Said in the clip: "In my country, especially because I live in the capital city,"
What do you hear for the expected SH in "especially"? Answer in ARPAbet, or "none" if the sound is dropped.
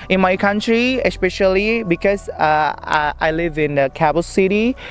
SH